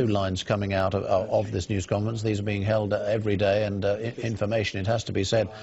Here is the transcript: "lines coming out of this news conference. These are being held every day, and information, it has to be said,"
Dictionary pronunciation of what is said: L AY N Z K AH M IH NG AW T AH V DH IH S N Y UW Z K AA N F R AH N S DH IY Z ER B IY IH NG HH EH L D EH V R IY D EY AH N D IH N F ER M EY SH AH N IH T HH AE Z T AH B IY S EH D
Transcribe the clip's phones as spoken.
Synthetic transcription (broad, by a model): L AY N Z K AH M IH NG AW T AH V DH IH S N Y UW Z K AA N F R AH N S DH IY Z ER B IY IH NG HH EH L D EH V R IY D EY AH N IH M F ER M EY SH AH N IH T HH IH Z T AH B IY S EH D